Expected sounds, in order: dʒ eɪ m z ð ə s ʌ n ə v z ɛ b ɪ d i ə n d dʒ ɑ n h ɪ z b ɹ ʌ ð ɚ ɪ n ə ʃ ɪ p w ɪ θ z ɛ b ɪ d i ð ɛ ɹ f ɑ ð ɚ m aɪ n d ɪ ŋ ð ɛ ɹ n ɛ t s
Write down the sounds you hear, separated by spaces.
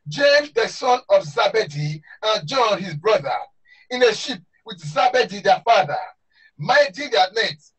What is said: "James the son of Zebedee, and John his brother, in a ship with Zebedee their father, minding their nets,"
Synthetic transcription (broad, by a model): dʒ eɪ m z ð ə s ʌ n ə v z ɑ b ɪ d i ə n dʒ ɑ n h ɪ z b ɹ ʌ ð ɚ ɪ n ə ʃ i p w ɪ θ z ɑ b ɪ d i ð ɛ f ɑ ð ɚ m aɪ d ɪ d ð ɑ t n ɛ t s